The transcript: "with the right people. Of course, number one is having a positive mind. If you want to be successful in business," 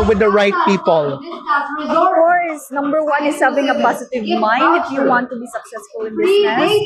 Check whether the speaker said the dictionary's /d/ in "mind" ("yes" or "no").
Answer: yes